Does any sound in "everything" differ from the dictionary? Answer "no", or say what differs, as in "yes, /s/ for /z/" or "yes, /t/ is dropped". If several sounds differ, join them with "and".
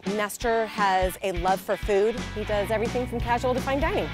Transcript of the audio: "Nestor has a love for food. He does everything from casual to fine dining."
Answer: no